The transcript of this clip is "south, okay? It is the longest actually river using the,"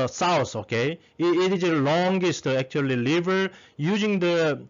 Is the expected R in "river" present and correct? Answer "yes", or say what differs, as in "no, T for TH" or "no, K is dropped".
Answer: no, L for R